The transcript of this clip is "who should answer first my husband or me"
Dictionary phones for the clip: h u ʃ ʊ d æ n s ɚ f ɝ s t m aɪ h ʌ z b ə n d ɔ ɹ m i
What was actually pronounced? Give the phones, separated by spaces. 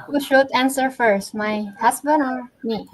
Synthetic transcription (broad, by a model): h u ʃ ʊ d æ n s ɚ f ɝ s t m aɪ h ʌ s b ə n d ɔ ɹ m i